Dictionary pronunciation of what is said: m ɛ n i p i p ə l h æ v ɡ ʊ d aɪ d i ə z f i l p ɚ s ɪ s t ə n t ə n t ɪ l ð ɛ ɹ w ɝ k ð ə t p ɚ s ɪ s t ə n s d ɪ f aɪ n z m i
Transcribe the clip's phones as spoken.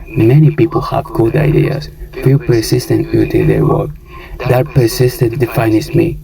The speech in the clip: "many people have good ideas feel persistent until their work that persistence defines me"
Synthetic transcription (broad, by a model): m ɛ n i p i p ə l h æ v ɡ ʊ d aɪ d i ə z f i l p ɚ s ɪ s t ə n t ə t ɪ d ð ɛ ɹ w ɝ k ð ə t p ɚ s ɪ s t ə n d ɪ f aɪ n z m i